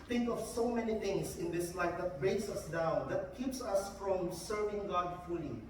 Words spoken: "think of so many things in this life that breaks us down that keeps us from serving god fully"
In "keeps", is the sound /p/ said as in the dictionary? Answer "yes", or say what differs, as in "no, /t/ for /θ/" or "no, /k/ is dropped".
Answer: yes